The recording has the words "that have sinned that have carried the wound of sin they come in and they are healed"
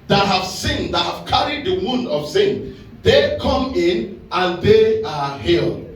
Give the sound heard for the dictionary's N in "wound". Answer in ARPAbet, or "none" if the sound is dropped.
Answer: N